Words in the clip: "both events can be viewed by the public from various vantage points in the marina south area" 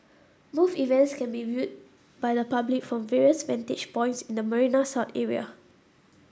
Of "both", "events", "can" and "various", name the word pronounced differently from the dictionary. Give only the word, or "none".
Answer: both